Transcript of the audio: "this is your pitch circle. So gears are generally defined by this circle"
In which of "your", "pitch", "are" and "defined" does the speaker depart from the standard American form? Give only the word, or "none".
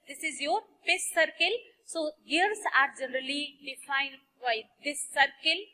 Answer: pitch